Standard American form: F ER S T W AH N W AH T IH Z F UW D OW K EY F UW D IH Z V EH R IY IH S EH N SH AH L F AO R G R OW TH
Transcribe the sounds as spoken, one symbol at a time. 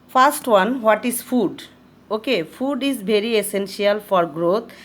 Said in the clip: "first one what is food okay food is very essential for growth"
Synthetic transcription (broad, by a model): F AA S T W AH N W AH T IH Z F UW D OW K EY F UW D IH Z B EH R IY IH S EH N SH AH L F AO R G R OW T